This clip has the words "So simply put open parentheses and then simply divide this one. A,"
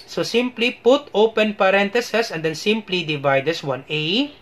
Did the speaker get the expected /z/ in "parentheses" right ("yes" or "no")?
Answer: no